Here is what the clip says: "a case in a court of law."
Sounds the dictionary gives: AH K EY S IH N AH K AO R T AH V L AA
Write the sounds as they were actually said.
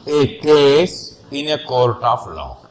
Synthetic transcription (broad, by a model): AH K EY S IH N AH K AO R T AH F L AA